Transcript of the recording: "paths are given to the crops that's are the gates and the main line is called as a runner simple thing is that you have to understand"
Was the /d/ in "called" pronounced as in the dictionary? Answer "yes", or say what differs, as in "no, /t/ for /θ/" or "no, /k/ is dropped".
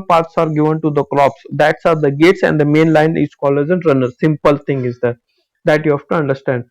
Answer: no, /d/ is dropped